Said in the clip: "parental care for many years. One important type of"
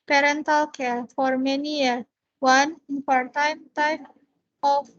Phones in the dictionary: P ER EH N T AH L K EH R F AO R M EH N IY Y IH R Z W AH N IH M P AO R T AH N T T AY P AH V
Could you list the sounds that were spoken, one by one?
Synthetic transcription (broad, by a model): P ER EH N T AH L K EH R F AO R M EH N IY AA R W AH N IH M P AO R T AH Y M T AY F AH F